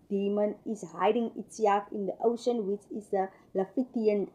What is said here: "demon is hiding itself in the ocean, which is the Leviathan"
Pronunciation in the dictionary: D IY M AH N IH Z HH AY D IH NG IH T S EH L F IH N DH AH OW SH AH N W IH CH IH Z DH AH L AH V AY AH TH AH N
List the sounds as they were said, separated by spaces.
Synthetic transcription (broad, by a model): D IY M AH N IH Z HH AY D IH NG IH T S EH F IH N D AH OW SH AH N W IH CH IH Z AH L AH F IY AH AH N